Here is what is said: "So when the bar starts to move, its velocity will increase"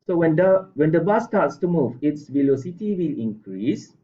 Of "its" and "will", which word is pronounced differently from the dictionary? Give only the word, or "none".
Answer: none